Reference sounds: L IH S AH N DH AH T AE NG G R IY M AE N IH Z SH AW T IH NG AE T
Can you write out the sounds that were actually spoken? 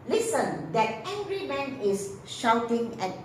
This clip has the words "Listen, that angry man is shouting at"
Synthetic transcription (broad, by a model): L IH S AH N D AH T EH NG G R IY M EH N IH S SH AW T IH NG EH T